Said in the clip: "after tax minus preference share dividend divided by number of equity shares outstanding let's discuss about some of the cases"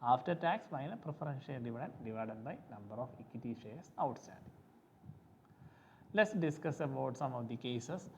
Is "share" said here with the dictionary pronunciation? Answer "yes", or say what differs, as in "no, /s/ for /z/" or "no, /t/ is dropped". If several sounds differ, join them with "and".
no, /l/ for /ɹ/